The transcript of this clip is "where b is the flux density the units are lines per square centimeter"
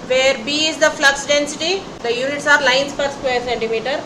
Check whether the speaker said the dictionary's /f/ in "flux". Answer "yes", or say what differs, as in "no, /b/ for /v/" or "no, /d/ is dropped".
yes